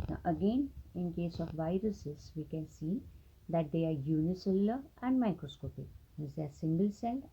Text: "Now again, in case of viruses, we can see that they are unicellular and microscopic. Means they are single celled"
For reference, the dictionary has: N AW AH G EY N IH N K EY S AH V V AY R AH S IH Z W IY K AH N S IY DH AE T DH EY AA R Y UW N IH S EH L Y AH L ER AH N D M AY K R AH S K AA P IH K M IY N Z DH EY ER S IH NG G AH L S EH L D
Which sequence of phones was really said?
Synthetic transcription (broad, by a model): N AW AH G EY N IH N K EY S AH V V AY R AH S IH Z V IY K AH N S IY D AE T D EY AA R Y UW N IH S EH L L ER AH N D M AY K R AH S K AA P IH K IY Z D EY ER S IH NG G AH L S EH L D